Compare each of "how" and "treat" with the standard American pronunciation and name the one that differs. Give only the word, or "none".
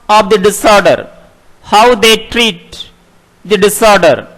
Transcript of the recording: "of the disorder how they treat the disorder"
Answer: none